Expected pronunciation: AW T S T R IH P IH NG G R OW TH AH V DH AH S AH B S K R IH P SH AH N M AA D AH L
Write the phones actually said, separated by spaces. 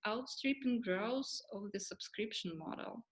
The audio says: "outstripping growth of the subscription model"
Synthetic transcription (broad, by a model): AW T S T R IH P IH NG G R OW S AH V DH AH S AH B S K R IH P SH AH N M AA D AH L